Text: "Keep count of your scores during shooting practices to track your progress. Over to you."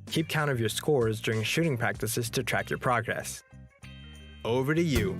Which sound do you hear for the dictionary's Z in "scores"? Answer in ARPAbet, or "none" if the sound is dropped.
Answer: Z